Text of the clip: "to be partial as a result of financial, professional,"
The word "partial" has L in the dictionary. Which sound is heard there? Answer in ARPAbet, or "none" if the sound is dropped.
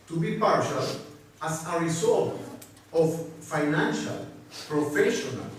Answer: L